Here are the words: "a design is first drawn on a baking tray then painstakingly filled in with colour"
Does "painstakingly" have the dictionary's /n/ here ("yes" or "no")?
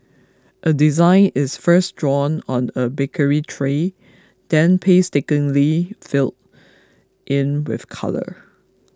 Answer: no